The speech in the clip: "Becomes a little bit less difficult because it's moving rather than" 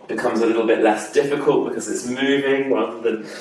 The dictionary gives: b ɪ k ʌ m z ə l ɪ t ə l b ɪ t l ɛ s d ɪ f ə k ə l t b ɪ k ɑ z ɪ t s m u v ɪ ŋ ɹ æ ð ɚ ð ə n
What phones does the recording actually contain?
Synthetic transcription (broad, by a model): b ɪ k ʌ m z ə l ɪ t l b ɪ t l ɛ s d ɪ f ə k ə l t b ɪ k ɑ z ɪ t s m u v ɪ ŋ ɹ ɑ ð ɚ ð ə n